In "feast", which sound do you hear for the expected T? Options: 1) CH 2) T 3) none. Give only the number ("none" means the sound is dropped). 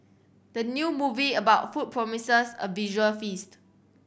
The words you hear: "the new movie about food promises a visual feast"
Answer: 2